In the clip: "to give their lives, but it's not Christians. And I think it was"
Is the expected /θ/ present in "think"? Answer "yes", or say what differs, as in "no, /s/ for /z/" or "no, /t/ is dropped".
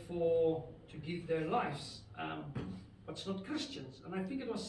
yes